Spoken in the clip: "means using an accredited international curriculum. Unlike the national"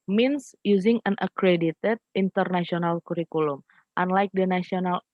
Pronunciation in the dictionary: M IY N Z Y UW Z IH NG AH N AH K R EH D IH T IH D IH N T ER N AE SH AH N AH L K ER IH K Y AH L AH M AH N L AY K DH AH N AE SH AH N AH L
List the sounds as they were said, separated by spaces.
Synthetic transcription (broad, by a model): M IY N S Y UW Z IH NG AH N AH K R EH D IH T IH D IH N T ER N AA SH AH N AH L K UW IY K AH L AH M AH N L AY K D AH N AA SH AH N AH L